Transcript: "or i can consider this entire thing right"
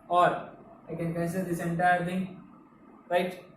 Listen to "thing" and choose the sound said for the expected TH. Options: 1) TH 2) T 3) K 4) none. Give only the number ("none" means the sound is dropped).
2